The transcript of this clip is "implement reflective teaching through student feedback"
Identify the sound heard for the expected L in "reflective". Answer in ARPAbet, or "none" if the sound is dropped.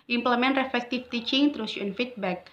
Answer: none